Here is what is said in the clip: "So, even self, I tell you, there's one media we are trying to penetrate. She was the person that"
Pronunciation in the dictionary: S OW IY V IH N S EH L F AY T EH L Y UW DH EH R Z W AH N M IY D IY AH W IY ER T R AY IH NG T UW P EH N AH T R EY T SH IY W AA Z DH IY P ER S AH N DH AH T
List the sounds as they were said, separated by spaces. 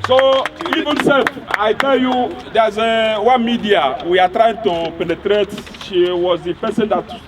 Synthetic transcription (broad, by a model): S OW IY V IH N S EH F AY T EH L Y UW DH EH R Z W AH N M IY D IY AH W IY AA T R AY IH NG T UW P EH N AH T R EY T SH IY W AA Z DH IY P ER S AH N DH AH T